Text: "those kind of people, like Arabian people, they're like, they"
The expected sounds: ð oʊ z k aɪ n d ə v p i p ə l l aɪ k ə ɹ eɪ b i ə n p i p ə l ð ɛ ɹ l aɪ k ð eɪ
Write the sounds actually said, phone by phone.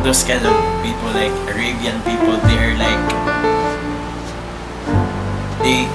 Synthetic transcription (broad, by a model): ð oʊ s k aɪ d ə p i p ə l l aɪ k ə ɹ eɪ b i ə n p i p ə l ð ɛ ɹ l aɪ k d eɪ